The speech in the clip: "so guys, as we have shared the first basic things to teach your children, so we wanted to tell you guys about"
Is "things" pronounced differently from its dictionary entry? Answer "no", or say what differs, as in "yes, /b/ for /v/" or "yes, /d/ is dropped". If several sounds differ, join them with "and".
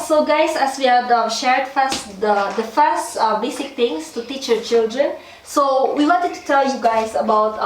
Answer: yes, /t/ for /θ/ and /s/ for /z/